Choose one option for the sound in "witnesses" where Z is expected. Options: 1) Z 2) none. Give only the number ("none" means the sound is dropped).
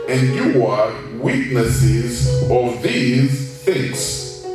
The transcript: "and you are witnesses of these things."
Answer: 1